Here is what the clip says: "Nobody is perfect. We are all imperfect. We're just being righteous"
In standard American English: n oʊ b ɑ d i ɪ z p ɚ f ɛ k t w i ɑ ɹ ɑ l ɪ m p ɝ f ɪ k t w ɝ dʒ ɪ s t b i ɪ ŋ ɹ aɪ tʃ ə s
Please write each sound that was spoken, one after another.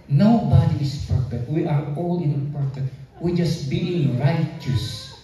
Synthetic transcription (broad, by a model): n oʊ b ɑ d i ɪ s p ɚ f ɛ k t w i ɑ ɹ ɑ l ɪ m p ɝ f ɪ t w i dʒ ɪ s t b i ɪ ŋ ɹ aɪ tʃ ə s